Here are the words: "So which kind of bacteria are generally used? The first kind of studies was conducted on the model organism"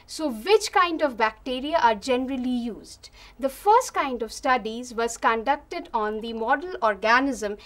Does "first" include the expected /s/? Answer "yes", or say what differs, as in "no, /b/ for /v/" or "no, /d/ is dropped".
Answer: yes